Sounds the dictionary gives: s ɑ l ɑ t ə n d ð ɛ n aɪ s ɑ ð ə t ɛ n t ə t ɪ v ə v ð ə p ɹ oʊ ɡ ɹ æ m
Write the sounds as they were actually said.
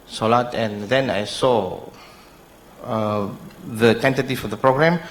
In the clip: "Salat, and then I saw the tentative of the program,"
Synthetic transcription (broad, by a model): s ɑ l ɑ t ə n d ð ɛ n aɪ s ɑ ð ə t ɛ n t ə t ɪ f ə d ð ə p ɹ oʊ ɡ ɹ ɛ m